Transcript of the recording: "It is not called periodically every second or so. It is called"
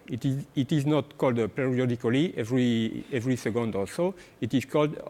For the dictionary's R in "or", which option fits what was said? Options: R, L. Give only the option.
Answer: L